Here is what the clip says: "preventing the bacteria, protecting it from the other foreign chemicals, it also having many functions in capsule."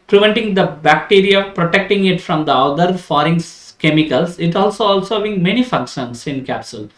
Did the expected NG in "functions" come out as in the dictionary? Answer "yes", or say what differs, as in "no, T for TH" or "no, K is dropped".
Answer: no, NG is dropped